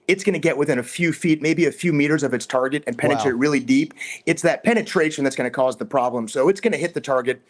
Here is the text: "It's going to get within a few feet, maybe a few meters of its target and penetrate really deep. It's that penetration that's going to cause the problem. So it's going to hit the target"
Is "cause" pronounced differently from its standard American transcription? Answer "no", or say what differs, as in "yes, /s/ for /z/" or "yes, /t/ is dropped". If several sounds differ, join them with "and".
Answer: no